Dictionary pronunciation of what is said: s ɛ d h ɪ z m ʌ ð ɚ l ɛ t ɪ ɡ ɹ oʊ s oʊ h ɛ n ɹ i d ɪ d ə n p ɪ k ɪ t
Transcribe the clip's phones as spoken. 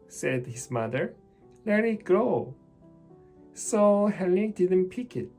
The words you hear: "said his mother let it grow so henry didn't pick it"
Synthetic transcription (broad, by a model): s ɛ d h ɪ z m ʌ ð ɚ l ɛ t ɪ ɡ ɹ oʊ s oʊ h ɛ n i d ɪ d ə n p ɪ k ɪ t